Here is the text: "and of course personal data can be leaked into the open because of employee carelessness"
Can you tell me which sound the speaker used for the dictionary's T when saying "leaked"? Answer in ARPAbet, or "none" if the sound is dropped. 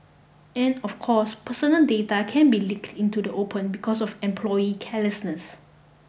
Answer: T